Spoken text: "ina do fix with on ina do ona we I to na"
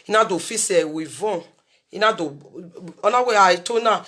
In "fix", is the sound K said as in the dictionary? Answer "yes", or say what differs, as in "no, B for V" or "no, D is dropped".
no, K is dropped